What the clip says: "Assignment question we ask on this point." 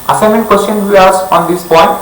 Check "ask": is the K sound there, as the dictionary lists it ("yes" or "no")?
no